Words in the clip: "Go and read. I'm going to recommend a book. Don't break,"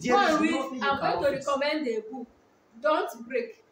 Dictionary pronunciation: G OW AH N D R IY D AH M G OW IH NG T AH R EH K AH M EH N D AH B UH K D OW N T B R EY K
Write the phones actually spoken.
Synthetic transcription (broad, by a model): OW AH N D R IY AH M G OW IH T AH R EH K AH M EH N D AH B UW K D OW N T B R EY K